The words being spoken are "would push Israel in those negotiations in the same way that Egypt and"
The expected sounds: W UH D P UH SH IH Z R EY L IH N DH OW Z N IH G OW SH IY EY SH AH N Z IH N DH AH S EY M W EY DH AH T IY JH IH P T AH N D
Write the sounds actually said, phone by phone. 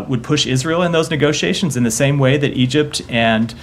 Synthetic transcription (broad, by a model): W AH D P UH SH IH Z R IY L IH N DH OW Z N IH G OW SH IY EY SH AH N Z IH N DH AH S EY M W EY DH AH T IY JH IH P T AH N